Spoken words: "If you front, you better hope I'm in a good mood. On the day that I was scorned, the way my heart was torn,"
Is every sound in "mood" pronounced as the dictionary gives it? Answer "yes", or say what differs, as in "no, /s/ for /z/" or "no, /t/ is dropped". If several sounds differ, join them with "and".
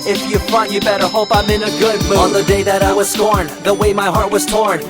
no, /d/ is dropped